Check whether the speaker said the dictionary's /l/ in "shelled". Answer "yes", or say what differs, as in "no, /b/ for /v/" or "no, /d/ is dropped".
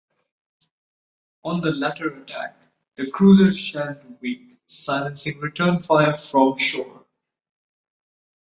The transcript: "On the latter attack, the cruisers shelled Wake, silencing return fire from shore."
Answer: no, /n/ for /l/